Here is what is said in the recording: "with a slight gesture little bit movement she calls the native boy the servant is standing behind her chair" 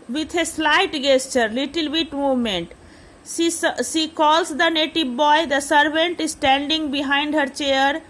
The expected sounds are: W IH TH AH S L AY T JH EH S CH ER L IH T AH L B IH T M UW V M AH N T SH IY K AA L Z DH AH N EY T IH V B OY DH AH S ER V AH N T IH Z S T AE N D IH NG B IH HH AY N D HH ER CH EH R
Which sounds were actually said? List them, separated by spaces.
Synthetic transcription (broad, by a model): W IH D AH S L AY T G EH S CH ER L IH T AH L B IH T M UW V M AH N T S IY K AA L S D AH N EY T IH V B OY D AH S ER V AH N T IH Z S T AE N D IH NG B IH HH AY N D HH ER CH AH R